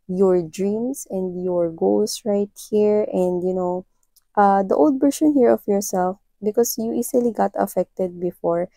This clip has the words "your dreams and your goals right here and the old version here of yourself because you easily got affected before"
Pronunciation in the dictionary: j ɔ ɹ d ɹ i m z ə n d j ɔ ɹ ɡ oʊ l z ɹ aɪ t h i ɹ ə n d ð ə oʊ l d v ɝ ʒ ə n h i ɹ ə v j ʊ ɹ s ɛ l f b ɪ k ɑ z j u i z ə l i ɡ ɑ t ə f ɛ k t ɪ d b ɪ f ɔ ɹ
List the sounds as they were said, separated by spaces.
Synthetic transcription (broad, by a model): j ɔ ɹ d ɹ i m s ə n d j ɔ ɹ ɡ oʊ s ɹ aɪ t h i ɹ ə n d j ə oʊ l d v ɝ ʃ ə n h i ɹ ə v j ʊ ɹ s ɛ l f b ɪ k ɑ s j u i s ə l i ɡ ɑ t ə f ɛ k t ɪ d b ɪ f ɔ ɹ